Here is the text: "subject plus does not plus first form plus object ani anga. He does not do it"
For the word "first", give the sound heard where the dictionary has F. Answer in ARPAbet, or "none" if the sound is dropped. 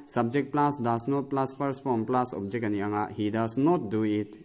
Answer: P